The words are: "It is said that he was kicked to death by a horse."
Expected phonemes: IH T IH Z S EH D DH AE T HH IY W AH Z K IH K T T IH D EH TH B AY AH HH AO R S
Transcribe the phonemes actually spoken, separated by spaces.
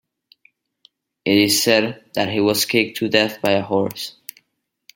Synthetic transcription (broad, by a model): IH T IH Z S EH D DH AE T HH IY W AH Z K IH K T T IH D EH TH B AY AH HH AO R S